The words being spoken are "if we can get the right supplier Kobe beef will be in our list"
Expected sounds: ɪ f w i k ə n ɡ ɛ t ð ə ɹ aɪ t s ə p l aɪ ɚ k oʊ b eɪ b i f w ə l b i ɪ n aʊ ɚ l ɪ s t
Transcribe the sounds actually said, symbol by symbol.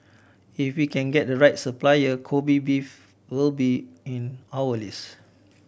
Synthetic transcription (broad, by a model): ɪ f w i k ə n ɡ ɛ t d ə ɹ aɪ t s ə p l aɪ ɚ k oʊ b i b i f w ə l b i ɪ n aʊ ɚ l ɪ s